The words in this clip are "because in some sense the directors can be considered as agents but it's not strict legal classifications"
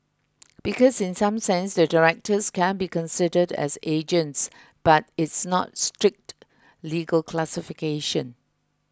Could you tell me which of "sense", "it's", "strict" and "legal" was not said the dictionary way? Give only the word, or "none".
none